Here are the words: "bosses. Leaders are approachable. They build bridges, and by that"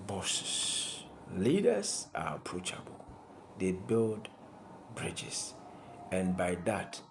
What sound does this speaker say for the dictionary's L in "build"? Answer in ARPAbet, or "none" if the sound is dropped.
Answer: L